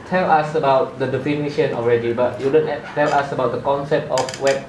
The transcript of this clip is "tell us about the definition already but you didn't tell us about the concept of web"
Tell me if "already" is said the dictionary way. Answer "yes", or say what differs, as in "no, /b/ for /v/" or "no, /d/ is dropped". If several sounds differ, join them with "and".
yes